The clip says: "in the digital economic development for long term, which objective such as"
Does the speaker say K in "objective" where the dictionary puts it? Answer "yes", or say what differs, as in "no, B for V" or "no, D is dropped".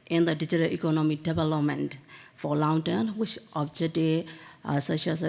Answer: no, K is dropped